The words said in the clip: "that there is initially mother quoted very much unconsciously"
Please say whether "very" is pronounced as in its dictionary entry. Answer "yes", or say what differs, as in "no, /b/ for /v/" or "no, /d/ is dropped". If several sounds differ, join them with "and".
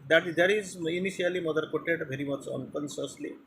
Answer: yes